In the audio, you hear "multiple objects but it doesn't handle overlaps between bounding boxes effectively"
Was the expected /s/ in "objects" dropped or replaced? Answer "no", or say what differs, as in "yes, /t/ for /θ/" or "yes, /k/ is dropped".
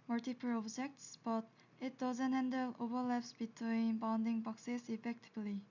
no